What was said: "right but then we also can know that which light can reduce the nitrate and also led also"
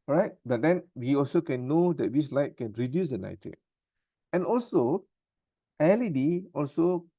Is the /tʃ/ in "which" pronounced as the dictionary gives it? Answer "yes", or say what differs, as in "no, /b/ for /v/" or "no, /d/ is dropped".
no, /s/ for /tʃ/